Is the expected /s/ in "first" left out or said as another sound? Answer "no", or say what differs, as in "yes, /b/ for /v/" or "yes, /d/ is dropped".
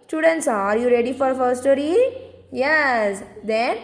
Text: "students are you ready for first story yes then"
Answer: yes, /s/ is dropped